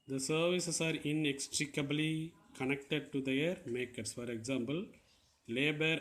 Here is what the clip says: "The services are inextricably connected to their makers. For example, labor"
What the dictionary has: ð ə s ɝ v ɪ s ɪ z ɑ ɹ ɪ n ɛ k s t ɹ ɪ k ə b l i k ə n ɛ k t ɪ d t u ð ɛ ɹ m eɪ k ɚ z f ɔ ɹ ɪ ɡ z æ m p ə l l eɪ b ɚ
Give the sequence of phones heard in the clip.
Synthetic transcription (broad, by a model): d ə s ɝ v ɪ s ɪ s ɑ ɹ ɪ n ɛ k s t ɹ ɪ k ə b l i k ə n ɛ k t ɪ d t u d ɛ ɹ m eɪ k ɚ s f ɔ ɹ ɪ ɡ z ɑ m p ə l l eɪ b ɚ